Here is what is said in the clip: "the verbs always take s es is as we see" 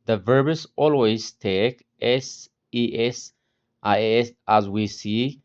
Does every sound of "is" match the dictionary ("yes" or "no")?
no